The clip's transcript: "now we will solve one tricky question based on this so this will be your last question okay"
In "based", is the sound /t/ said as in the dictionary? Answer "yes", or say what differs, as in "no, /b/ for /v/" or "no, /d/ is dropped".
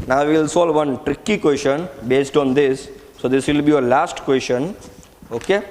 yes